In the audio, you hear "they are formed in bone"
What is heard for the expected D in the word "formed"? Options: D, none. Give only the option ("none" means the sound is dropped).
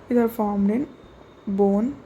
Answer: D